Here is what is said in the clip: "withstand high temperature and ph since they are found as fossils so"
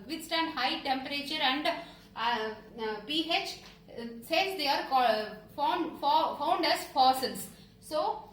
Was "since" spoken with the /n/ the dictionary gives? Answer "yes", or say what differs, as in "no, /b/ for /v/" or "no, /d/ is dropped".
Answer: no, /n/ is dropped